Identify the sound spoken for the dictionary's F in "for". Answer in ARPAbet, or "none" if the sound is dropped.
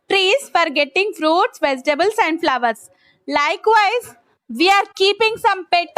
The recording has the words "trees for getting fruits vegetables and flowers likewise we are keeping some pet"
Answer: F